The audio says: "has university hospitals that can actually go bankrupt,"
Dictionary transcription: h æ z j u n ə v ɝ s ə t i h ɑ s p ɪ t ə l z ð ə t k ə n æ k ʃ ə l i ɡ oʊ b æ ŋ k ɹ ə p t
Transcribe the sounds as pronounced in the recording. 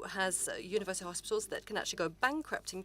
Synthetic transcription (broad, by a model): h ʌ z j u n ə v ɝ s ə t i h ɑ s p ɪ t ə l z ð ə t k ə n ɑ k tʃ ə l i ɡ oʊ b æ ŋ k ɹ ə p t